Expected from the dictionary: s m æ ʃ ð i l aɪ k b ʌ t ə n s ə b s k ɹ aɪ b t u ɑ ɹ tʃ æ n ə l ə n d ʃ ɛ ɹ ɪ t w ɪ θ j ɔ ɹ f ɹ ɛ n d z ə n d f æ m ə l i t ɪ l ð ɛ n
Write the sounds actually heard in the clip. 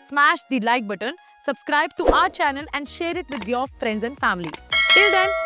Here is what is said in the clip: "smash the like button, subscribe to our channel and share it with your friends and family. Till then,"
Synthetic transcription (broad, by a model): s m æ ʃ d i l aɪ k b ʌ t ə n s ə b s k ɹ aɪ b t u ɑ ɹ tʃ æ n ə l ə n d ʃ ɛ ɹ ɪ t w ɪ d j ɔ ɹ f ɹ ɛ n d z ə n d f æ m ə l i t ɪ l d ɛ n